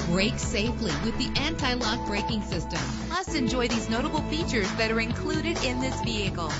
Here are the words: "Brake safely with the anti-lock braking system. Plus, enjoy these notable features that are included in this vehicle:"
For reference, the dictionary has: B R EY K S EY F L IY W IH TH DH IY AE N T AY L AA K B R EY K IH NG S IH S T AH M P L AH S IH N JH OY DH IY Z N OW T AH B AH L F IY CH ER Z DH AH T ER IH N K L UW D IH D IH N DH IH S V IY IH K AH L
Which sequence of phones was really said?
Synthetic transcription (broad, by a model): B R EY K S EY F L IY W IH DH IY AE N T AY L AA K B R EY K IH NG S IH S T AH M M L AH S IH N JH OY DH IY Z N OW T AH B L F IY CH ER Z DH AH T ER IH N K L UW D IH D IH N DH IH S V IY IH K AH L